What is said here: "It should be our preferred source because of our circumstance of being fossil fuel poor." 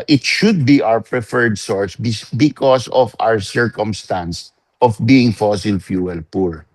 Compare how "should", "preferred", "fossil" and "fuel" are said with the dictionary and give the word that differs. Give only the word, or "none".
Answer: none